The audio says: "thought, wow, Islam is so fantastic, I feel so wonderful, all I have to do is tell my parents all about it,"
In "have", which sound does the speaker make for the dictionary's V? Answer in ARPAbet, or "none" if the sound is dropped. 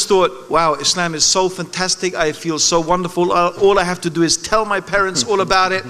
F